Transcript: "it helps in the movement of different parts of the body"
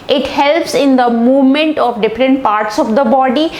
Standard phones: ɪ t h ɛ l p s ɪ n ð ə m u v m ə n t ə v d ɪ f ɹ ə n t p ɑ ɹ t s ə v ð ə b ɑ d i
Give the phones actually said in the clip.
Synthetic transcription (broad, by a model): ɪ t h ɛ l p s ɪ n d ə m u v m ə n t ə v d ɪ f ɹ ə n t p ɑ ɹ t s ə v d ə b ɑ d i